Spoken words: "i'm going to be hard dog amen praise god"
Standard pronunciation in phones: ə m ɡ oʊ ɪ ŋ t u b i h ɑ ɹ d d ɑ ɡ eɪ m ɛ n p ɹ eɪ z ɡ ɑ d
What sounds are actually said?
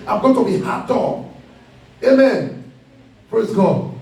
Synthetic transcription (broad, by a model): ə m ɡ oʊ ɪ t u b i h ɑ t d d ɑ eɪ m ɛ n p ɹ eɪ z ɡ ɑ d